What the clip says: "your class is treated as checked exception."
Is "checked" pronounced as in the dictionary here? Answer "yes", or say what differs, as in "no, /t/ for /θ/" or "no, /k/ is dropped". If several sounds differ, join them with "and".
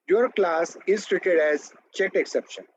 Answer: no, /k/ is dropped